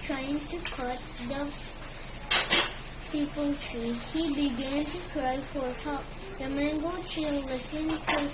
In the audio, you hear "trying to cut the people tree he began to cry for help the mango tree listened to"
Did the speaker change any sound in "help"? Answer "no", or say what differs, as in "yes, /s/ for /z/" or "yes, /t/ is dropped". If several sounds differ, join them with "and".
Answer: yes, /l/ is dropped